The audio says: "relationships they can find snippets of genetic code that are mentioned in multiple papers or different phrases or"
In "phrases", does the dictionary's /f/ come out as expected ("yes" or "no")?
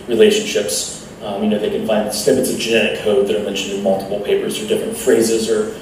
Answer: yes